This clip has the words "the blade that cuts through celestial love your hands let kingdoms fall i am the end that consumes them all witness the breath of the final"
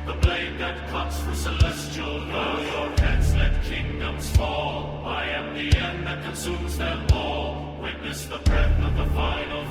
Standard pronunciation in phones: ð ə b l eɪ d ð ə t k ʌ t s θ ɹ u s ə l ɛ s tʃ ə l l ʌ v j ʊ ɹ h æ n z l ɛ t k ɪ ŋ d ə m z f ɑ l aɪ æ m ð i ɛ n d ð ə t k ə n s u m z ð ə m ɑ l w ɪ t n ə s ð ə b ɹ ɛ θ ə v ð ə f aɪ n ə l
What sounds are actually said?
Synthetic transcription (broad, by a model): ð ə b l eɪ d ð ə t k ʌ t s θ ɹ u s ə l ɛ s tʃ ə l n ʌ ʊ j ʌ ɹ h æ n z l ɛ t k ɪ ŋ d ə m z f ɑ l aɪ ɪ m ð i ɛ n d ð ə t k ə n s u m z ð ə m ɑ l w ɪ t n ə s ð ə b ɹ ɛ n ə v ð ə f aɪ n l